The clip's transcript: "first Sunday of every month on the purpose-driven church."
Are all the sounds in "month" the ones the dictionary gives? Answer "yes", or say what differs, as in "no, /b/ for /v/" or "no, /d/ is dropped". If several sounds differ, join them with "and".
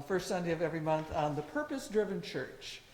yes